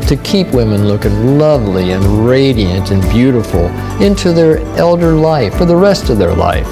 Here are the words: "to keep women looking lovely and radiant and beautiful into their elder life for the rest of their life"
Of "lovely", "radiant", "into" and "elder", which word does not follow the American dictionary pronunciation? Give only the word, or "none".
none